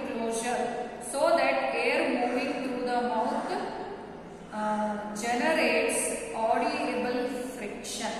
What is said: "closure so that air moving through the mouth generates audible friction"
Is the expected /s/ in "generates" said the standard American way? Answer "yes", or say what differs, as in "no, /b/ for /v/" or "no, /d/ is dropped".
yes